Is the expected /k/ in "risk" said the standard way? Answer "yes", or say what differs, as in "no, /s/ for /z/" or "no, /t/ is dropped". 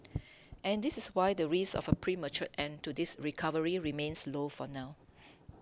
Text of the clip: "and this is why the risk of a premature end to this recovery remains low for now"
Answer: no, /k/ is dropped